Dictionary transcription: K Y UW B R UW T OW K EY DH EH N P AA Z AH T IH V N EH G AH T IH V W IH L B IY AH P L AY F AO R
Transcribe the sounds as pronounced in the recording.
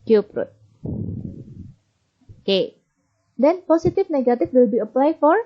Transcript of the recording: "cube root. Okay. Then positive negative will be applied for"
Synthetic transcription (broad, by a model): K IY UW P R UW T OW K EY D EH N P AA S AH T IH F N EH G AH T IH F W IH L B IY AH P L AY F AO R